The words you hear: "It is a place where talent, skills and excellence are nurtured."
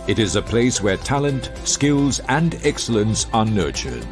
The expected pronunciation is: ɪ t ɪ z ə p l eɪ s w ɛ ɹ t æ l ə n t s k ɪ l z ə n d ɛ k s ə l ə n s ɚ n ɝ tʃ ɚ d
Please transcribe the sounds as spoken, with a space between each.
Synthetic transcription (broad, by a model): ɪ t ɪ z ə p l eɪ s w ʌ ɹ t æ l ə n t s k ɪ l z ə n d ɛ k s ə l ə n s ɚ n ɝ tʃ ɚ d